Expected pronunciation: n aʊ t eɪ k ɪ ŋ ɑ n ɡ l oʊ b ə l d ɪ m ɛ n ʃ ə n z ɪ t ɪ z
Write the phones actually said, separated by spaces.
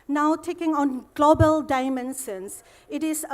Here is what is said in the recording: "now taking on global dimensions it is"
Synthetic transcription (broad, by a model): n aʊ t eɪ k ɪ ŋ ɑ n ɡ l oʊ b ə l d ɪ m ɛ n s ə n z ɪ t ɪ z